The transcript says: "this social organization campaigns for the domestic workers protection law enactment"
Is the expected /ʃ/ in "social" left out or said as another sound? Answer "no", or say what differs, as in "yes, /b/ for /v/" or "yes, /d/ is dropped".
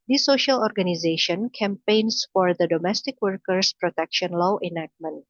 no